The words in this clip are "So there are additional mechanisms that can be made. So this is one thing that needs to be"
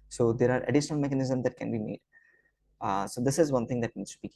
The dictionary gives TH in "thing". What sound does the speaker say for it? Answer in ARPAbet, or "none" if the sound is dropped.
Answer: T